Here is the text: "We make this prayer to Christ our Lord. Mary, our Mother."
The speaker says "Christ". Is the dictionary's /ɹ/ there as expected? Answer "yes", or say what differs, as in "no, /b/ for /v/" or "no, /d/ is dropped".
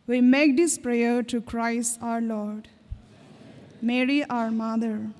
yes